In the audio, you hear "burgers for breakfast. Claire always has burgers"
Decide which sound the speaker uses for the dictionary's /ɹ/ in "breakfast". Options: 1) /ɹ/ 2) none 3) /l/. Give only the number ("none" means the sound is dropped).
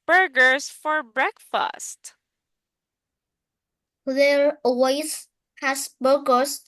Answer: 1